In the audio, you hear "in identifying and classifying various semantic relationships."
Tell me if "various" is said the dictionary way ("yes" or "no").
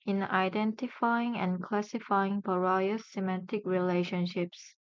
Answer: no